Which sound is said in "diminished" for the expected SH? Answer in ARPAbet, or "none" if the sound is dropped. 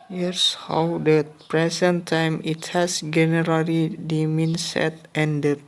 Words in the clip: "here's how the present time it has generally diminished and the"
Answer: none